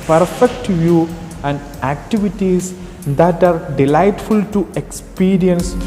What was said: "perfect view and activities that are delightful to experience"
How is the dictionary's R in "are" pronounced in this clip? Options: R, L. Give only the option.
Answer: R